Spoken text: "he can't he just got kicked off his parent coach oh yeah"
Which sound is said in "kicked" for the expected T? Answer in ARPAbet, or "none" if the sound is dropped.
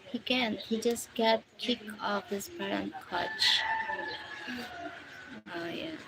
none